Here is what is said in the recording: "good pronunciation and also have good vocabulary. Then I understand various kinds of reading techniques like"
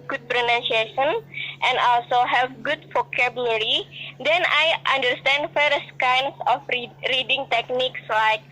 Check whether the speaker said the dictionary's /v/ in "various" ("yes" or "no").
no